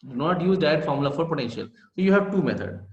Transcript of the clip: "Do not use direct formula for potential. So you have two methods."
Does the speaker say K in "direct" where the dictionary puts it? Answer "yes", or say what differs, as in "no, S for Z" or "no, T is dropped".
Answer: no, K is dropped